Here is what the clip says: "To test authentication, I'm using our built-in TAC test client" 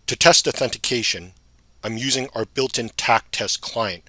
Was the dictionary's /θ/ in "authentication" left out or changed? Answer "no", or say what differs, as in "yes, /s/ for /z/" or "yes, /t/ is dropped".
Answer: no